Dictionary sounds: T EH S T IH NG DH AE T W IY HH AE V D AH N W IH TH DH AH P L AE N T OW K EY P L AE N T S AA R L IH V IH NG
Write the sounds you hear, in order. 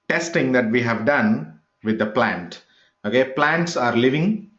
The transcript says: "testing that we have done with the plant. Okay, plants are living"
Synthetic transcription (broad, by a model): T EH S T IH NG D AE T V IY HH AE V D AH N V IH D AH P L AE N T OW K EY P L AE N T S AA R L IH V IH NG